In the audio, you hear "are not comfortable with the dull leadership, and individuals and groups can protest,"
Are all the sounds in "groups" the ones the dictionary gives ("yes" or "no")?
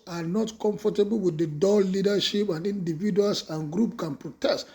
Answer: no